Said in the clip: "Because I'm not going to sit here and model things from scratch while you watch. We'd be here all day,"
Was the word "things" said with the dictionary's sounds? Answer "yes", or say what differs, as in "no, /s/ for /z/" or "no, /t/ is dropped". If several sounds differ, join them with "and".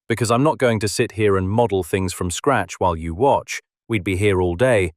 yes